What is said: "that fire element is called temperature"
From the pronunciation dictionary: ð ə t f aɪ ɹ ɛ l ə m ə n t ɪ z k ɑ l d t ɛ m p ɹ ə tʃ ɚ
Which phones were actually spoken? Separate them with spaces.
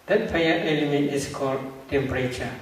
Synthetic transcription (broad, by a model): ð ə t p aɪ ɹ ɛ l ə m ə n t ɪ s k ɑ l d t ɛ m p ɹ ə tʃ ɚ